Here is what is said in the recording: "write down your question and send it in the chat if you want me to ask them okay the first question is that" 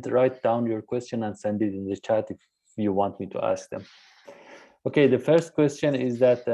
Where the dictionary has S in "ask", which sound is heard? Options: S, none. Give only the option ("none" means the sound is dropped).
S